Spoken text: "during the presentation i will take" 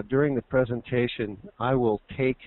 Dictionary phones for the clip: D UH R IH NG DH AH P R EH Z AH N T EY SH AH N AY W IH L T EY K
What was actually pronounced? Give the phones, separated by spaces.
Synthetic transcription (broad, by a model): D UH R IH NG DH AH P R EH Z AH N T EY SH AH N AY W IH L T EY K